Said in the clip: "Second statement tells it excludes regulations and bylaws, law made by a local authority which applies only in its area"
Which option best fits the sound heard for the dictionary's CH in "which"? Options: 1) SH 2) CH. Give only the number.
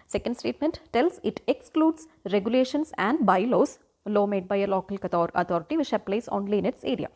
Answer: 1